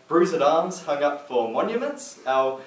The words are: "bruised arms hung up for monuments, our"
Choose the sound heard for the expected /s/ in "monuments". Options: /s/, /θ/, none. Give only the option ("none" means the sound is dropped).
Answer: /s/